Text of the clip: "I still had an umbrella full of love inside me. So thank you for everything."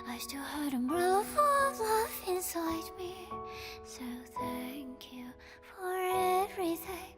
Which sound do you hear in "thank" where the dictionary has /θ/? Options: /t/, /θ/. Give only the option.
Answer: /θ/